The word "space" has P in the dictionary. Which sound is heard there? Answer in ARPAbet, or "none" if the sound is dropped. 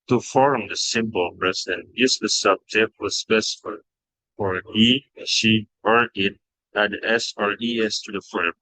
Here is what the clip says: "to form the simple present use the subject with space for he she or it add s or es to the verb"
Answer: F